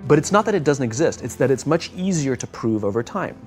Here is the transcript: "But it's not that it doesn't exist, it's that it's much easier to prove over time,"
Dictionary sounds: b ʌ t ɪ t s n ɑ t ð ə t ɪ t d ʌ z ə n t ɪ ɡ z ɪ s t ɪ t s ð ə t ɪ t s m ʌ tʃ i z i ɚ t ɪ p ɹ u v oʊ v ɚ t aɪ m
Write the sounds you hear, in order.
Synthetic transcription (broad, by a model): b ʌ t ɪ t s n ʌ t ð ə t ɪ t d ʌ z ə n t ɪ ɡ z ɪ s t ɪ t s ð ə t ɪ t s m ʌ tʃ i z i ɚ t ɪ p ɹ u v oʊ v ɚ t aɪ m